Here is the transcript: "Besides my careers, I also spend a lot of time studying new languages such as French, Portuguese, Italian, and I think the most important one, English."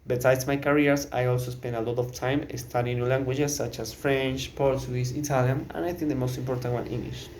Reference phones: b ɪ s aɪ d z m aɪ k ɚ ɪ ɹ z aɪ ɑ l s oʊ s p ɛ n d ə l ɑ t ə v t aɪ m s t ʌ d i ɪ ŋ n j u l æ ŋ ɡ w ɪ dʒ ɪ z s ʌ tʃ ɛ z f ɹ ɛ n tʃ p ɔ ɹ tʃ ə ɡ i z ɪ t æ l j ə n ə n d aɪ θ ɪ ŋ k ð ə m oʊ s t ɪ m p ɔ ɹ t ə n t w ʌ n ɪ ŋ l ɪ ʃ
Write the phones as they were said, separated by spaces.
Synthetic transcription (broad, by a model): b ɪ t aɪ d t m aɪ k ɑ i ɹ s aɪ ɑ l s oʊ s p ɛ n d ə l ɑ t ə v t aɪ m s t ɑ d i n j u l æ ŋ ɡ w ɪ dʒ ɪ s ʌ tʃ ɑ s f ɹ ɛ n tʃ p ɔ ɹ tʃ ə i s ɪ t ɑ l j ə n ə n aɪ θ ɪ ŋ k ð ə m oʊ s t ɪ m p ɔ ɹ t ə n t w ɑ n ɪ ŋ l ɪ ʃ